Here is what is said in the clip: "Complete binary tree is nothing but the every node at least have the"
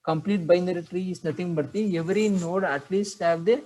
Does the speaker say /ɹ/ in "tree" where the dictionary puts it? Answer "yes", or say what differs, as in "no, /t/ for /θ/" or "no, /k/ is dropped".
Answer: yes